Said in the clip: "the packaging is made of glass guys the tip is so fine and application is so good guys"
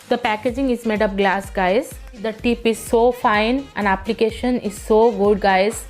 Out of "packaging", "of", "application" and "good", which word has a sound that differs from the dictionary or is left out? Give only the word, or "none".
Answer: of